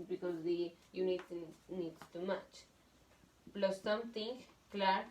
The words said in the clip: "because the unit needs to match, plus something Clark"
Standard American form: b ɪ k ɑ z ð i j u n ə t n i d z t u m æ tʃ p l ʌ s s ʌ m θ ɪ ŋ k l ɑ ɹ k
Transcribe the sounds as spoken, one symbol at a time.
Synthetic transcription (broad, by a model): b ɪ k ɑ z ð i j u n ə t n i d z t u m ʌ tʃ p l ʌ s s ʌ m t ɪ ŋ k l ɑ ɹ